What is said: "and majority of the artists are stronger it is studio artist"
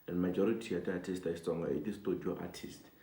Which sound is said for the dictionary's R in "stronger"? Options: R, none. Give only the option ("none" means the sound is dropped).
none